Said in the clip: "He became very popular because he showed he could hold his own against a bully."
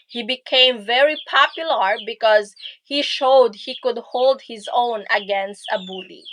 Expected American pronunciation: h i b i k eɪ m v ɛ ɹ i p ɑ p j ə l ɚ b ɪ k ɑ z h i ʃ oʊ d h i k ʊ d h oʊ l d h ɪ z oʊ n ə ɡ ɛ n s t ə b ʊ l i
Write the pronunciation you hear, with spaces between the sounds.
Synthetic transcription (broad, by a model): h i b i k eɪ m v ɛ ɹ i p ɑ p j ə l ɚ b ɪ k ɑ z h i ʃ oʊ d h i k ʊ d h oʊ l d h ɪ z oʊ n ə ɡ ɛ n s t ə b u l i